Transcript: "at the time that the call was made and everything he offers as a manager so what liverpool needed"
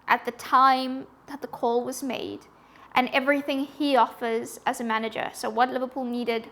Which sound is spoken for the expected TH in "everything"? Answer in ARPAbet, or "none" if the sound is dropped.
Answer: TH